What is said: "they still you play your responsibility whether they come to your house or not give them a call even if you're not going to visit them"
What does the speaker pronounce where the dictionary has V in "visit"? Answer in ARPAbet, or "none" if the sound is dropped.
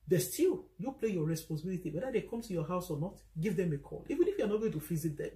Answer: F